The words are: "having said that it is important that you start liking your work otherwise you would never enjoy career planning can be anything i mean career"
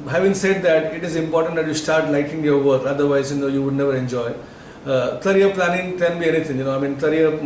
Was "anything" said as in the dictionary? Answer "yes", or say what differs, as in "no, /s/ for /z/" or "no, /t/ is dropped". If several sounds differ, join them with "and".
no, /t/ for /θ/